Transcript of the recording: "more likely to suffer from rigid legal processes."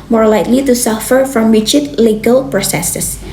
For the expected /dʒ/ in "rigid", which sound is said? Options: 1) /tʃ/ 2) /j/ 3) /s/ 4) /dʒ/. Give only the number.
1